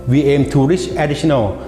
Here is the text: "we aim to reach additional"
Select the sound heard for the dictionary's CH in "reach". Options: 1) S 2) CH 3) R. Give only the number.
1